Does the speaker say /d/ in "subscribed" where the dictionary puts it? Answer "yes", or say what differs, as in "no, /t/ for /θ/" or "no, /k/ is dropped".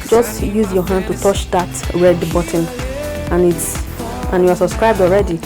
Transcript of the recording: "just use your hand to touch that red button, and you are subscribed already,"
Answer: yes